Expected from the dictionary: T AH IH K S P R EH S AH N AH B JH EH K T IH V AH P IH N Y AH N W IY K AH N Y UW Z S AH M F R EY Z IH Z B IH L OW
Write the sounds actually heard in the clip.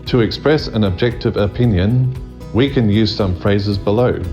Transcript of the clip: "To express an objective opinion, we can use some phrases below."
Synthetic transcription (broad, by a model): T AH IH K S P R EH S AH N AH B JH EH K T IH V AH P IH N Y AH N W IY K AH N Y UW Z S AH M F R EY Z IH Z B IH L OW